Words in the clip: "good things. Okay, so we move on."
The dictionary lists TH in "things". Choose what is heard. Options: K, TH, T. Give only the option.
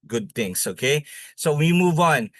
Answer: T